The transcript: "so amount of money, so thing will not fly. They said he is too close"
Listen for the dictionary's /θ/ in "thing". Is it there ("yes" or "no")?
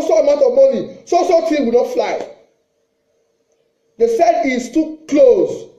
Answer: no